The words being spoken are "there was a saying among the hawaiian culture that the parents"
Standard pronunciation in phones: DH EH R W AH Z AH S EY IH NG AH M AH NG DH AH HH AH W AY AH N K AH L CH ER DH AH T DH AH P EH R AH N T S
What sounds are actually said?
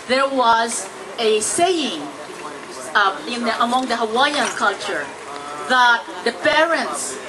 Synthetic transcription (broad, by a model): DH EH R W AH Z AH S EY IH NG AH M AH NG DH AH HH AH W AY AH N K AH L CH ER DH AH T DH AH P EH R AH N T S